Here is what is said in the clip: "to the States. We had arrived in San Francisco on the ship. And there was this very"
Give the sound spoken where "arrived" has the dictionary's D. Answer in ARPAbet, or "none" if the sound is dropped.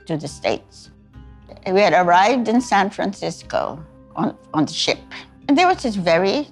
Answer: D